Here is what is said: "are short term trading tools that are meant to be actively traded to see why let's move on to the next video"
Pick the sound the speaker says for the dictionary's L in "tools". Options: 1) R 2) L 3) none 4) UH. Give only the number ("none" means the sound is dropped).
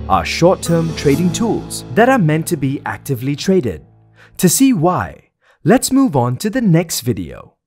2